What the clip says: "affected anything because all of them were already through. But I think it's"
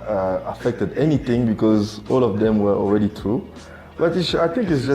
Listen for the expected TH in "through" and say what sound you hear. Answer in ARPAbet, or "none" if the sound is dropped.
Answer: T